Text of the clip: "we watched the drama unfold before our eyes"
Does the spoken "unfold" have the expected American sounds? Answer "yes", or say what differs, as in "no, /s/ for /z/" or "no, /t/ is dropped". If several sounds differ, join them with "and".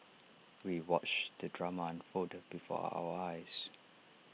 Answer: no, /l/ is dropped